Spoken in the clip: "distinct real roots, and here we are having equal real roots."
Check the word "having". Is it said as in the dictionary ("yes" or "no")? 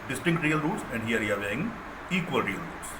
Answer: no